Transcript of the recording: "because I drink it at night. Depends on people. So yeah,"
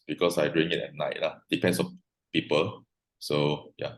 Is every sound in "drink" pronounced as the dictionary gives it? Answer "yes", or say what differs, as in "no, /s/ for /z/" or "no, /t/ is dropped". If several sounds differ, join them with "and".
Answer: no, /k/ is dropped